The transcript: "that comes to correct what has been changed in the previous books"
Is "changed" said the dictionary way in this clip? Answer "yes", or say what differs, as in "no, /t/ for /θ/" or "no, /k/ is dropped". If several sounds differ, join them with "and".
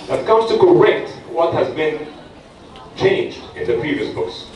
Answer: yes